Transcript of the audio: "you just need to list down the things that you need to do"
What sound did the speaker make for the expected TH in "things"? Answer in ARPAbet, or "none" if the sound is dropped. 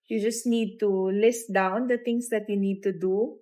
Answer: T